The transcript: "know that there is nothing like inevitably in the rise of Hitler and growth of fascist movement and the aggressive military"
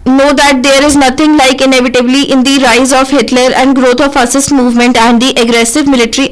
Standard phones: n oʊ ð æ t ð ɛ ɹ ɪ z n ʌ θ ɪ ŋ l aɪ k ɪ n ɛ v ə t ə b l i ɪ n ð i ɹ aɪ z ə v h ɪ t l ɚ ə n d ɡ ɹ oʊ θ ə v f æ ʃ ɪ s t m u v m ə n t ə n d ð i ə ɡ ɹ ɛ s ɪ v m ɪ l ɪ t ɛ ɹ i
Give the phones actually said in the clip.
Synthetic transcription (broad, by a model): n oʊ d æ t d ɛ ɹ ɪ z n ʌ t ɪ ŋ l aɪ k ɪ n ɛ v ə t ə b l i ɪ n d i ɹ aɪ z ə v h ɪ t l ɚ ə n d ɡ ɹ oʊ t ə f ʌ s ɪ s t m u v m ə n t ə n d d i ə ɡ ɹ ɛ s ɪ v m ɪ l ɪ t ɹ i